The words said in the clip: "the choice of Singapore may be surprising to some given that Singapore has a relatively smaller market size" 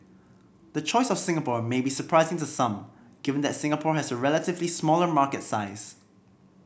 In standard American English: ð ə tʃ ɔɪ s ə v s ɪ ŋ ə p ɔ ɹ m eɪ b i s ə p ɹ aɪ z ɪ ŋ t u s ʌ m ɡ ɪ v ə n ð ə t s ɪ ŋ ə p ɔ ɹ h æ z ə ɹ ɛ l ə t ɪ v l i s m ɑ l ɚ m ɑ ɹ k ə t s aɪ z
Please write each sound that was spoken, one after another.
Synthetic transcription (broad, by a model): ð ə tʃ ɔɪ s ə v s ɪ ŋ ə p ɔ ɹ m eɪ b i s ə p ɹ aɪ z ɪ ŋ t u s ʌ m ɡ ɪ v ə n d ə t s ɪ ŋ ə p ɔ ɹ h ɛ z ə ɹ ɛ l ə t ɪ v l i s m ɑ l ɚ m ɑ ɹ k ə t s aɪ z